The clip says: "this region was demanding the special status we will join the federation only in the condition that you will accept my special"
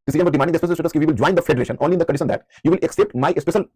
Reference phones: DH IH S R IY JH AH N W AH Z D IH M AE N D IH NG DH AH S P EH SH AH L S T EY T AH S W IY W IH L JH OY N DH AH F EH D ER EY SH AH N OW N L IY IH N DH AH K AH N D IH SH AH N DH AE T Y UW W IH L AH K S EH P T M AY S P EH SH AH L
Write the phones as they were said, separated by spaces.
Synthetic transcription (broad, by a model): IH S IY AH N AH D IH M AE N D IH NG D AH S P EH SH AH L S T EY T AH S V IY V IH L JH OY N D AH F EH D ER EY SH AH N OW N L IY IH N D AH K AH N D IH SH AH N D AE T Y UW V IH L AH K S EH P T M AY S P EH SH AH L